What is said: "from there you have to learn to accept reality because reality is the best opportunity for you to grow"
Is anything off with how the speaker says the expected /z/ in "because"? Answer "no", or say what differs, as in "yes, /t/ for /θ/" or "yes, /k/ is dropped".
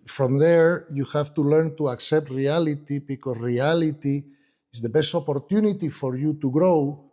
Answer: yes, /s/ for /z/